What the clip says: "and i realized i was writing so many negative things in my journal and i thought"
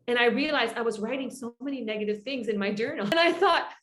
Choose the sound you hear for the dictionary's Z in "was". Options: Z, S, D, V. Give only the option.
Z